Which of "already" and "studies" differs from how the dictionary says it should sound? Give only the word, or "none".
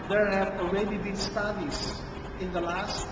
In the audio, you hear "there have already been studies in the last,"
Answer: studies